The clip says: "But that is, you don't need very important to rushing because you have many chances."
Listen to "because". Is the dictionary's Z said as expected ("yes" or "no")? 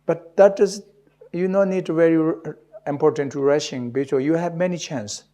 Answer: no